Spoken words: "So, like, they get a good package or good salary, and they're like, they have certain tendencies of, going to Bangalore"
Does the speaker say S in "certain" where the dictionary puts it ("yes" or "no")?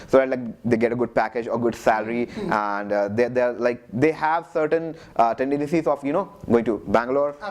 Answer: yes